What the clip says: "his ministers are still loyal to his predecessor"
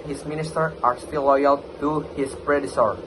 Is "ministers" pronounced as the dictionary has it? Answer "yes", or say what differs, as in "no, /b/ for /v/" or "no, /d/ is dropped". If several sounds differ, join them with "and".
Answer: no, /z/ is dropped